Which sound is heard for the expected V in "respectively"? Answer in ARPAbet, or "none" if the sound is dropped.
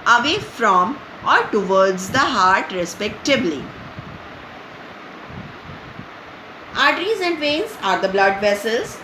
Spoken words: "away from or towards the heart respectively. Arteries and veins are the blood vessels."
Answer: B